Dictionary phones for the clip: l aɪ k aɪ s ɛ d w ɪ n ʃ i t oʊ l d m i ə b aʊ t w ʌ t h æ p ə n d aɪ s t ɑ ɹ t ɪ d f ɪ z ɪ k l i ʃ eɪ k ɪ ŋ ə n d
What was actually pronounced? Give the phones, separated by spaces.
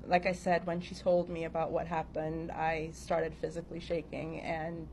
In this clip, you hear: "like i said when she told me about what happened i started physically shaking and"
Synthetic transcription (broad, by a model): l aɪ k aɪ s ɛ d w ɪ n ʃ i t oʊ l d m i ə b aʊ t w ʌ t h æ p ə n d aɪ s t ɑ ɹ t ɪ d f ɪ z ɪ k l i ʃ eɪ k ɪ ŋ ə n